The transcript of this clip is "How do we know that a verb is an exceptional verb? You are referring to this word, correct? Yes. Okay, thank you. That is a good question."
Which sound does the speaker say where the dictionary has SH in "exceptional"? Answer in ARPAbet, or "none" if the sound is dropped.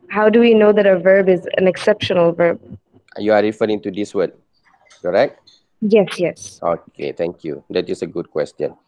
SH